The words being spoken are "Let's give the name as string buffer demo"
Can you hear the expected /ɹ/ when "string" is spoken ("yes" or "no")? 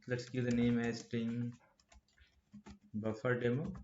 no